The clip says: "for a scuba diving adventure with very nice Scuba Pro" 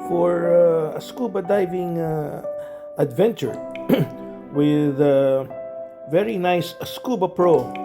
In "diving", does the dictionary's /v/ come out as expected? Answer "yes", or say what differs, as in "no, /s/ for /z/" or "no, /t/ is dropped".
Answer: yes